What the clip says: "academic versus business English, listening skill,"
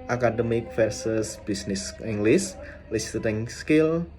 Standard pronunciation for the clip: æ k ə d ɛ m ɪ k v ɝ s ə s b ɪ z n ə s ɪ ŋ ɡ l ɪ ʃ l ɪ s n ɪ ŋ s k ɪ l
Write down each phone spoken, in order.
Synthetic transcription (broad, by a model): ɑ k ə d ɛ m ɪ k f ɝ s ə s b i s n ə s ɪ ŋ ɡ l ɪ s l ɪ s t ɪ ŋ s k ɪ l